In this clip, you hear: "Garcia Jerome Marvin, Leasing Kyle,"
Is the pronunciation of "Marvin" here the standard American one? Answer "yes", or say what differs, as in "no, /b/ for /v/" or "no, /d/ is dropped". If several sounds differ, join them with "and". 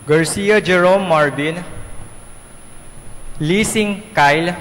no, /b/ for /v/